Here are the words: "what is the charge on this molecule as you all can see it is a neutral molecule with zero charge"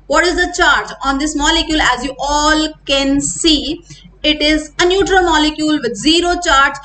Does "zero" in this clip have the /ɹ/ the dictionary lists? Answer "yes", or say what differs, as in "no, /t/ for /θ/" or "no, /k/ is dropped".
yes